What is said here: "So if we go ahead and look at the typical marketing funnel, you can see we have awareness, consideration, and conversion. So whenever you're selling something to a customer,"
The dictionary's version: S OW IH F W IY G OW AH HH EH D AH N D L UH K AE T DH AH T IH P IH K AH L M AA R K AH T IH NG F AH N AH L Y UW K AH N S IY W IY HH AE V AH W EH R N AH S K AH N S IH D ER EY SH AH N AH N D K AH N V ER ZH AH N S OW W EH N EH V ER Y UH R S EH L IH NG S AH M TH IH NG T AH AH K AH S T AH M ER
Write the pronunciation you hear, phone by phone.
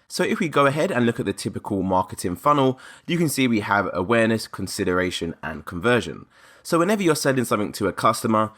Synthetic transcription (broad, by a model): S OW IH F W IY G OW AH HH EH D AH N L UH K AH T DH AH T IH P IH K AH L M AA K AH T IH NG F AH N AH L Y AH K AH N S IY W IY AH V AH W EH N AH S K AH N S IH D ER EY SH AH N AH N K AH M V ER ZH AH N S OW W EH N EH V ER Y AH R S EH L IH NG S AH M TH IH NG T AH AH K AH S T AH M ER